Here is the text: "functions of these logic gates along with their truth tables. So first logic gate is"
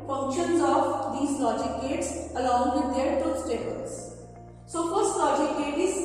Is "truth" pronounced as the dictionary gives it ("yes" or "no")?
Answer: no